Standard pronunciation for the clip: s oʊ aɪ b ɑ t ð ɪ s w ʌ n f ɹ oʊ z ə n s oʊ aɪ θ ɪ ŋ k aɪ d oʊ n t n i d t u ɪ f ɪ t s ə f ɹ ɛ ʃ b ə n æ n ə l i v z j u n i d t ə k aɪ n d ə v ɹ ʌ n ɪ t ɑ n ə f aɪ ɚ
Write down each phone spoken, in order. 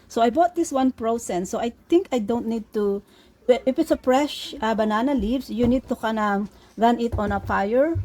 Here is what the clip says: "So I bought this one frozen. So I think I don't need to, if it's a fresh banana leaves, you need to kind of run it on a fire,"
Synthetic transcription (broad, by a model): s oʊ aɪ b ɑ t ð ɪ s w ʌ n p ɹ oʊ s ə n s oʊ aɪ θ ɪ ŋ k aɪ d oʊ n t n i d t u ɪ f ɪ t s ə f ɹ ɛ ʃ b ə n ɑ n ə l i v s j u n i d t ə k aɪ n ə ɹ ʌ n ɪ t ɑ n ə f aɪ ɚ